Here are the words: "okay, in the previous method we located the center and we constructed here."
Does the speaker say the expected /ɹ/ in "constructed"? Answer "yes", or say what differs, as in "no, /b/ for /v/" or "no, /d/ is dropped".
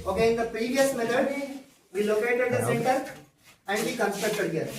no, /ɹ/ is dropped